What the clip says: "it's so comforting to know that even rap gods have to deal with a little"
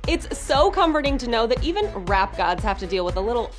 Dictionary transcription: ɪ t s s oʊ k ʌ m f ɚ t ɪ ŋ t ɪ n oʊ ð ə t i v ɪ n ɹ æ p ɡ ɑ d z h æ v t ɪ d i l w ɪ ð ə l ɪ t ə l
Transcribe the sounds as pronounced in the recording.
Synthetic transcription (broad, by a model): ɪ t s s oʊ k ʌ m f ɚ t ɪ ŋ t ɪ n oʊ ð ə t i v ɪ n ɹ æ p ɡ ɑ d z h æ f t ɪ d i l w ɪ ð ə l ɪ t l